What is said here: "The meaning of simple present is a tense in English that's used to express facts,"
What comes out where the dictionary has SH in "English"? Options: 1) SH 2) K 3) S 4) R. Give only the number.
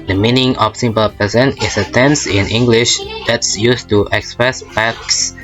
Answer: 1